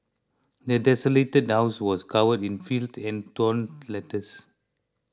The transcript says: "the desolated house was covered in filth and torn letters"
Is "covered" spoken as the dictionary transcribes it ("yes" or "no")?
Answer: no